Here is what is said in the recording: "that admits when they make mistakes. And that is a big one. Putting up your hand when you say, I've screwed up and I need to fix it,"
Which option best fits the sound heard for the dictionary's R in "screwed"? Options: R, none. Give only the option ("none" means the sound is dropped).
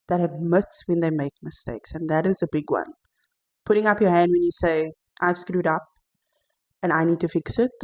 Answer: R